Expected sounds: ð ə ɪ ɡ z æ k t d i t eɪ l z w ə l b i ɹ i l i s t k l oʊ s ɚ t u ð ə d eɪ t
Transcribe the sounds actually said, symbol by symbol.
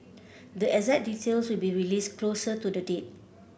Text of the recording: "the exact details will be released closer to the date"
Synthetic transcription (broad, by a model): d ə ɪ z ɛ t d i t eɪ l s w ə l b i ɹ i l i s k l oʊ s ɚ t u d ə d eɪ t